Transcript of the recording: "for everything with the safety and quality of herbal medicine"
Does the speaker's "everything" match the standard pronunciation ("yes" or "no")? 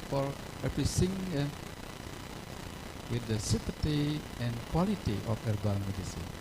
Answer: no